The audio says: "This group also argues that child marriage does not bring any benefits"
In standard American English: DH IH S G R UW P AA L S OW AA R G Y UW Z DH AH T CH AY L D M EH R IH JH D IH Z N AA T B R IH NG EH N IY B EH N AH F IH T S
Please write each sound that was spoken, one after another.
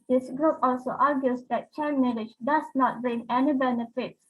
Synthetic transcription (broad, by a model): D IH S G R UW P AA L S OW AA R G Y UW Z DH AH T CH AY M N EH L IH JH D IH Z N AA T B R IH NG EH N IY B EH N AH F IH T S